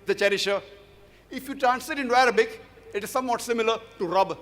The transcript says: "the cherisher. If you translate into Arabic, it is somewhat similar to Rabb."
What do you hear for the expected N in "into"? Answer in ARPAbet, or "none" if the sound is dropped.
N